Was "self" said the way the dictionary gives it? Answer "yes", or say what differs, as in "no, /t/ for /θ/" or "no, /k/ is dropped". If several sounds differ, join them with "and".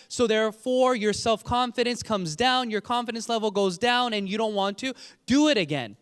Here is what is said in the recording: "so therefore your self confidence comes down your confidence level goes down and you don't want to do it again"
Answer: yes